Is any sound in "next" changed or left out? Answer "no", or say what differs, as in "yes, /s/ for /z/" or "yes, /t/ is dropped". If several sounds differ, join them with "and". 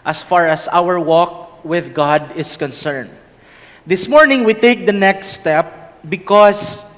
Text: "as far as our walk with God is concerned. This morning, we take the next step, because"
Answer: no